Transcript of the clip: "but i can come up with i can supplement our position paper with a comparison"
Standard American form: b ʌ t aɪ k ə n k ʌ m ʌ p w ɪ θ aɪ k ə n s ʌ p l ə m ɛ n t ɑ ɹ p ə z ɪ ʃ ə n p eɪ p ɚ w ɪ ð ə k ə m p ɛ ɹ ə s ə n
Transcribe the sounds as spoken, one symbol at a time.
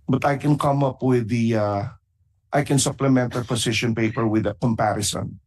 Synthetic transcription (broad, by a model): b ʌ t aɪ k ə n k ʌ m ʌ p w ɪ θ aɪ k ə n s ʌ p l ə m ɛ n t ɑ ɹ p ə s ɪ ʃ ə n p eɪ p ɚ w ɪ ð ə k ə m p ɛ ɹ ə s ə n